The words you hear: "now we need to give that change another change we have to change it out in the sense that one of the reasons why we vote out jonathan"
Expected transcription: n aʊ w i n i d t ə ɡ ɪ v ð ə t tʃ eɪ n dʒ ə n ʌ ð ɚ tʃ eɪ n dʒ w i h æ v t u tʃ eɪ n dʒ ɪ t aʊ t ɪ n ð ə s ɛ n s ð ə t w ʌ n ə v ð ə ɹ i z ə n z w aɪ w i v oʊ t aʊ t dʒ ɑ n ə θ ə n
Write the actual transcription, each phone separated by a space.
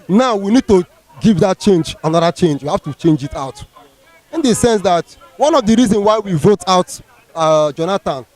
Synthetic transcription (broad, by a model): n aʊ w i n i d t ə ɡ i v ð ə t tʃ eɪ n dʒ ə n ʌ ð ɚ tʃ eɪ n dʒ w i h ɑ f t u tʃ eɪ n dʒ ɪ t aʊ t ɪ n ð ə s ɛ n s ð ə t w ʌ n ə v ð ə ɹ i z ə n w aɪ w i v oʊ t aʊ t dʒ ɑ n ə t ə n